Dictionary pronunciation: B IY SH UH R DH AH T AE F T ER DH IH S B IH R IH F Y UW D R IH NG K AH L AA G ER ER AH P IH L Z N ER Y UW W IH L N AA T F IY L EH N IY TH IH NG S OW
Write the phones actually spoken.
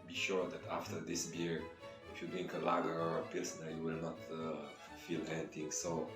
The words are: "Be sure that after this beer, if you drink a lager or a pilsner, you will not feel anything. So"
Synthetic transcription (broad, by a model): B IY SH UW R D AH T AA F T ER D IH S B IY R IH F Y UW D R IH NG K AH L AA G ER ER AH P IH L S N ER Y UW W IH L N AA T F IY L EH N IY T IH NG S OW